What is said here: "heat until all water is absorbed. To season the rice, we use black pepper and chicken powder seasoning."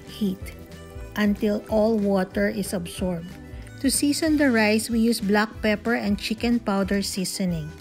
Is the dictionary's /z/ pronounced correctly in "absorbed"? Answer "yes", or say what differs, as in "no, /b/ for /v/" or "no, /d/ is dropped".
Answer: no, /s/ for /z/